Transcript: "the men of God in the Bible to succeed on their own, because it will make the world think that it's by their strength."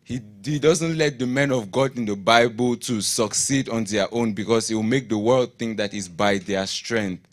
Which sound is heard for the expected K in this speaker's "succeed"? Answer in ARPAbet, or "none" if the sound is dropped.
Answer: K